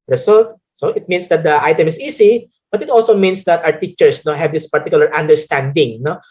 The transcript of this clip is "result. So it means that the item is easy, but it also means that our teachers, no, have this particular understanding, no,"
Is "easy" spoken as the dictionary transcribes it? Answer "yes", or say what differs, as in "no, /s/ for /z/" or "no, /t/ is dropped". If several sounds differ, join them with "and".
no, /s/ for /z/